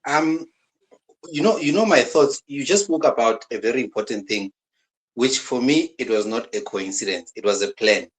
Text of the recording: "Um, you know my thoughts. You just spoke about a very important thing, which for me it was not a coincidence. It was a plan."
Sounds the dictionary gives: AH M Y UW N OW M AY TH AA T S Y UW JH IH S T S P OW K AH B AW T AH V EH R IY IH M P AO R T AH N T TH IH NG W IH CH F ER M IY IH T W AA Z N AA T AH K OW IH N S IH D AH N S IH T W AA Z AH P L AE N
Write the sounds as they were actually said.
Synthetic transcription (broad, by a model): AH M Y UW N OW M AY TH AA T S Y UW JH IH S S P OW K AH B AW T AH V EH R IY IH M P AO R T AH N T TH IH NG W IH CH F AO M IY IH T W AA Z N AA T AH K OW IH N S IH D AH N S IH T W AA Z AH P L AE N